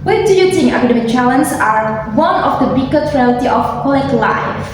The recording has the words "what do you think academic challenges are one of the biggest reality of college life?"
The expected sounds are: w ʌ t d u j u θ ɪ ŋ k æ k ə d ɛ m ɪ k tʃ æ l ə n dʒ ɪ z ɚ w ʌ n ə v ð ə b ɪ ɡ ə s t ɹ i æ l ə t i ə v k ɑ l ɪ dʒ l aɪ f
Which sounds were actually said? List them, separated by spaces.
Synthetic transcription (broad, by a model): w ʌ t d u j u t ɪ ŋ æ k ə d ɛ m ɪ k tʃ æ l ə n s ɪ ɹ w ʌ n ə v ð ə b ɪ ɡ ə t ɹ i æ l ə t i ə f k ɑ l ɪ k l aɪ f